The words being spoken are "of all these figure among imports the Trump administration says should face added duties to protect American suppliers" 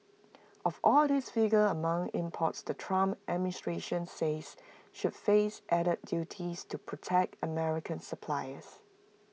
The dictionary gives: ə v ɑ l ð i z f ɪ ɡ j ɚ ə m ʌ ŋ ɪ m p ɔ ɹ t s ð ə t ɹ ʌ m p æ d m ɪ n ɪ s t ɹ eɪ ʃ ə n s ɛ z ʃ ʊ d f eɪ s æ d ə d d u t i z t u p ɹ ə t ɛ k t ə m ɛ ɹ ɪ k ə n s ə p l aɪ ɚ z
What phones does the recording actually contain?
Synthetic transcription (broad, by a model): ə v ɑ l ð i s f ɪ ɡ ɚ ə m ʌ ŋ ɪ m p ɔ t s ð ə t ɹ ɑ m æ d m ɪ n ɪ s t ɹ eɪ ʃ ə n s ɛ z ʃ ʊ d f eɪ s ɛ d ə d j u t i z t u p ɹ ə t ɛ k t ə m ɛ ɹ ɪ k ə n s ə p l aɪ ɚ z